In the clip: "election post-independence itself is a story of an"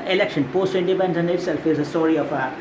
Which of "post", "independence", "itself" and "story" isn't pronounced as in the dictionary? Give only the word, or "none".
independence